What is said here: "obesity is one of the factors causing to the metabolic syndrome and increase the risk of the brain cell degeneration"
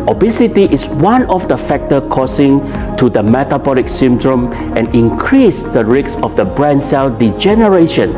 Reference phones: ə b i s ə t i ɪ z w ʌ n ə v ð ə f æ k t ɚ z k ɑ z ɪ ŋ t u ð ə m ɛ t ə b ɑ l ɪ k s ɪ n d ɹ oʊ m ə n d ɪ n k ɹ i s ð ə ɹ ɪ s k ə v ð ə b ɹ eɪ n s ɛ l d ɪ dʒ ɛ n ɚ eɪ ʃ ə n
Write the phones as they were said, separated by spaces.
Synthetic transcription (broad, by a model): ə b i s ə t i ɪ s w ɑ n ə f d ə f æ k t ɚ k ɑ s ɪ ŋ t u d ə m ɛ t ə b ɑ l ɪ k s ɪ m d ɹ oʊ m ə n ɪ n k ɹ i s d ə ɹ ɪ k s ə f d ə b ɹ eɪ n s ɛ l d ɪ dʒ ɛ n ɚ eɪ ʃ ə n